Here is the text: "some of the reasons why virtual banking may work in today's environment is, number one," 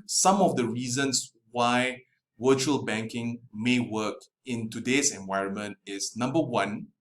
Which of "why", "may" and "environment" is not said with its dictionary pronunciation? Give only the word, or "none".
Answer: none